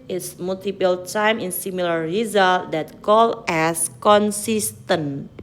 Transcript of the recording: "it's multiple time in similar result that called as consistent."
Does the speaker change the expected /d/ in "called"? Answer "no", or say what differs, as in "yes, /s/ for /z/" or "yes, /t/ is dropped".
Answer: yes, /d/ is dropped